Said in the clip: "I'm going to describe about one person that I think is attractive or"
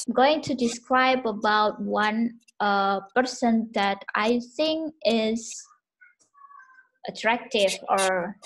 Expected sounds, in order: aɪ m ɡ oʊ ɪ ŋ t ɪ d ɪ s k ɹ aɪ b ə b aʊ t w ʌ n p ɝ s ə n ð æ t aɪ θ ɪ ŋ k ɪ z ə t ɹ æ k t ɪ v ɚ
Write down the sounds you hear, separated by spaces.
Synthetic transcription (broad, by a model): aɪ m ɡ oʊ ɪ ŋ t ɪ d ɪ s k ɹ aɪ b ə b aʊ t w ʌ n p ɝ s ə n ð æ t aɪ θ ɪ ŋ k ɪ z ə t ɹ æ k t ɪ v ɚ